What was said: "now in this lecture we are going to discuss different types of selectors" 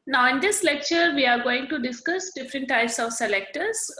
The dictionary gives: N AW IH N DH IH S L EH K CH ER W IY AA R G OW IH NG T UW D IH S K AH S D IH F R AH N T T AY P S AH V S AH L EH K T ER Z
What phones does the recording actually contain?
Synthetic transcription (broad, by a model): N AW IH N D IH S L EH K CH ER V IY AA R G OW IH NG T UW D IH S K AH S D IH F R AH N T T AY P S AH V S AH L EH K T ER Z